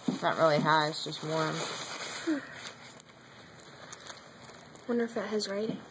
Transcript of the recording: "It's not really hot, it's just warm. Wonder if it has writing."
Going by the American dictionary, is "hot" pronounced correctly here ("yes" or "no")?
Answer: no